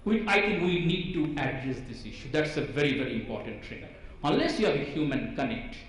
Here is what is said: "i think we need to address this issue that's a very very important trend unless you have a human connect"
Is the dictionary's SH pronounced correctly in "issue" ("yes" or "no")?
yes